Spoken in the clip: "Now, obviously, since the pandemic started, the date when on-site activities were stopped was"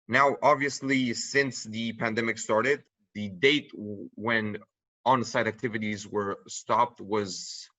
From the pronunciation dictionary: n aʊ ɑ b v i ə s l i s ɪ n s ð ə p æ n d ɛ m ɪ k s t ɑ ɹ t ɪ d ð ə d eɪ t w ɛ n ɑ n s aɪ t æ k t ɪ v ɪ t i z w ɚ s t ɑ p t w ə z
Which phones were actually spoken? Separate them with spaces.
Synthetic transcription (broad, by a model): n aʊ ɑ b v i ə s l i s ɪ n s ð ə p æ n d ɛ m ɪ k s t ɑ ɹ t ɪ d ð ə d eɪ t w ɛ n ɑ n s aɪ t æ k t ɪ v ɪ t i z w ɚ s t ɑ p t w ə z